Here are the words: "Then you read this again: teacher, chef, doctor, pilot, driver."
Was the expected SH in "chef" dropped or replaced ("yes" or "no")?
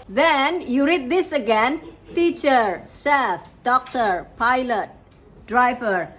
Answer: yes